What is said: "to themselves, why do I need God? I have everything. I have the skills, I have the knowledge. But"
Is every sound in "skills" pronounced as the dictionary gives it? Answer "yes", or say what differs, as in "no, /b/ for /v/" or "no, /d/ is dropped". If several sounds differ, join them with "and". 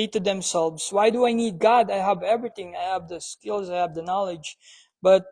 yes